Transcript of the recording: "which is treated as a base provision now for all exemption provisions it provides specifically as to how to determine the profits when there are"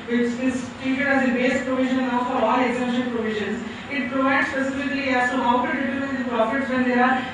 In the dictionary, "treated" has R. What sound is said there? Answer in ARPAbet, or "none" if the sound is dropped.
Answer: none